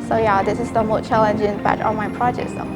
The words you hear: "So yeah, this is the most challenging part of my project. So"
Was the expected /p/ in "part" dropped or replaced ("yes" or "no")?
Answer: yes